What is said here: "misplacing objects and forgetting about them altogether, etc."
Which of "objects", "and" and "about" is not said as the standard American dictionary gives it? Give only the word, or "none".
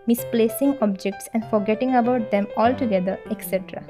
none